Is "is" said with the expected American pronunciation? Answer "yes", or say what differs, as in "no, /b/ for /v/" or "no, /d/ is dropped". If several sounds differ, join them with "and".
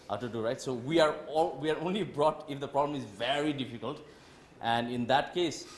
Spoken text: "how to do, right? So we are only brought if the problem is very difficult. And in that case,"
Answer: yes